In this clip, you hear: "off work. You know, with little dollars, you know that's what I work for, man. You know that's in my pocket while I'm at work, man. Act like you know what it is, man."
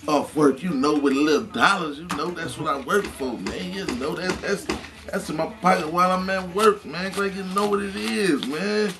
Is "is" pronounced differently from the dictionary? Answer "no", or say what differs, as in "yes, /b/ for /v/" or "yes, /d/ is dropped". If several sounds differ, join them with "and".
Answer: no